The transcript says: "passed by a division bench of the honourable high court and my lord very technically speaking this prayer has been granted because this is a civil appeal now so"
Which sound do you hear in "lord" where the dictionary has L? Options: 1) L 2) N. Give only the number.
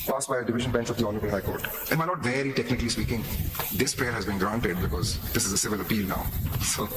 2